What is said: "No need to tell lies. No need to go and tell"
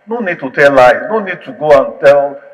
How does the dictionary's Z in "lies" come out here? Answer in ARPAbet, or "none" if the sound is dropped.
none